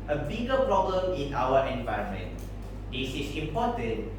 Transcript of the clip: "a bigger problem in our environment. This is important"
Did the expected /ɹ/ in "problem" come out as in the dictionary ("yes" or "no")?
yes